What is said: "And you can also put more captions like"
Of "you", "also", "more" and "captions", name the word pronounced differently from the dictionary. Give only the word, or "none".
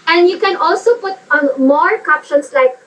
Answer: captions